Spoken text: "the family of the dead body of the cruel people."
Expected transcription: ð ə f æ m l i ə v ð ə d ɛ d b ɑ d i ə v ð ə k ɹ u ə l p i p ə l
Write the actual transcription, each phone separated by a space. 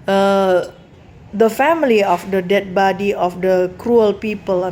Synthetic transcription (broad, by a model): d ə f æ m l i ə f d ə d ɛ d b ɑ d i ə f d ə k ɹ u ə l p i p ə l